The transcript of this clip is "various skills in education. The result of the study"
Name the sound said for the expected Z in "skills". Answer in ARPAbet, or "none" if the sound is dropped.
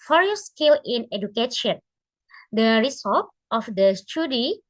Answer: none